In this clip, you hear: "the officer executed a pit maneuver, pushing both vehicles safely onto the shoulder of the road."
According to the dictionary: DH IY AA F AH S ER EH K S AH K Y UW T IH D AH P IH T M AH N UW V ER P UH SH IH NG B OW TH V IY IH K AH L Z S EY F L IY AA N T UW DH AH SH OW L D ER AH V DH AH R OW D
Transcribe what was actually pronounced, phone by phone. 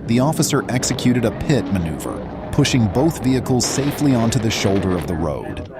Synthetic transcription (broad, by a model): DH IY AA F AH S ER EH K S AH K Y UW T IH D AH P IH T M AH N UW V ER P UH SH IH NG B OW TH V IY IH K L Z S EY F L IY AA N T UW DH AH SH OW L D ER AH V DH AH R OW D